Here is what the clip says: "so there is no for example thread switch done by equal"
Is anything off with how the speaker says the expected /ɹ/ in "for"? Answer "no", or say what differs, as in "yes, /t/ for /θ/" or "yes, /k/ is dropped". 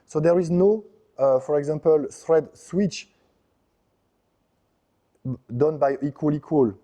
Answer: no